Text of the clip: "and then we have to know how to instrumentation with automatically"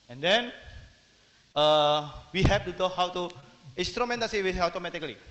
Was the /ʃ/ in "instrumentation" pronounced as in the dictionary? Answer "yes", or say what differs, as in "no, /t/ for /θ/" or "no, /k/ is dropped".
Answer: no, /s/ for /ʃ/